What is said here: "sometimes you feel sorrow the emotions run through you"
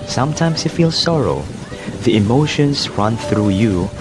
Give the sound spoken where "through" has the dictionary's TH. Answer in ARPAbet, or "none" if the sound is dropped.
TH